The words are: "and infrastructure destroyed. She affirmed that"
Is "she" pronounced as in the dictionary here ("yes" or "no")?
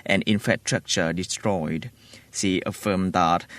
no